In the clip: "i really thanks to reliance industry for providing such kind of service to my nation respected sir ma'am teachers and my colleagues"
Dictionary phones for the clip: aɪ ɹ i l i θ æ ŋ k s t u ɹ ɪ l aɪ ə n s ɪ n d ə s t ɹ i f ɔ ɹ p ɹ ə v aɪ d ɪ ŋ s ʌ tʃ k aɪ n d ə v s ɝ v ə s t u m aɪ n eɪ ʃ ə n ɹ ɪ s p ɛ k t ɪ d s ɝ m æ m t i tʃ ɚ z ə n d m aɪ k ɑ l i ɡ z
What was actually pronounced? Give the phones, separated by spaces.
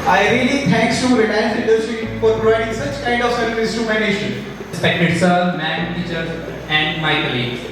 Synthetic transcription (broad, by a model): aɪ ɹ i l i t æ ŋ k s t u ɹ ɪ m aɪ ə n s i d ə t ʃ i f ɔ ɹ p ɹ ə v aɪ d ɪ ŋ s ʌ tʃ k aɪ n d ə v s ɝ ə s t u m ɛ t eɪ ʃ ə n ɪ s p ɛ k t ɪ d s ɝ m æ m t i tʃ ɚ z ə n d m aɪ k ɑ l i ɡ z